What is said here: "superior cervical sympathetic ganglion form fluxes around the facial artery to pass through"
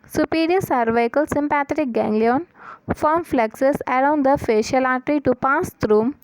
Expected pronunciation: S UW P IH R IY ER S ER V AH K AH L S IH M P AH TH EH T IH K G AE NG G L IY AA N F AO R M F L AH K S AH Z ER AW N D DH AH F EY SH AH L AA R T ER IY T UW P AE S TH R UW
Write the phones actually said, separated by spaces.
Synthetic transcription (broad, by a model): S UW P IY R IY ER S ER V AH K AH L S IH M P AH T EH T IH K G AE NG G L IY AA N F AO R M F L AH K S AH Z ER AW N D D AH F EY SH AH L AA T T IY T UW P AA S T R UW